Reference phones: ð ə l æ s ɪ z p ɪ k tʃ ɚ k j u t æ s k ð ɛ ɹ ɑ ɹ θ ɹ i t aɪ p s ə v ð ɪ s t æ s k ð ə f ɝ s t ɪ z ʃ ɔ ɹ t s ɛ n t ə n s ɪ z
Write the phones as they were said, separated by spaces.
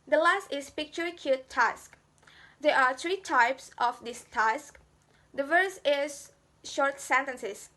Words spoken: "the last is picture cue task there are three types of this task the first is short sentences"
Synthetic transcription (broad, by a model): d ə l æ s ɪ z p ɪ k tʃ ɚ k j u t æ s k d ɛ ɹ ɑ ɹ t ɹ i t aɪ p s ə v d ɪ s t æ s k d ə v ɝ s ɪ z ʃ ɔ ɹ t s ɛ n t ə n s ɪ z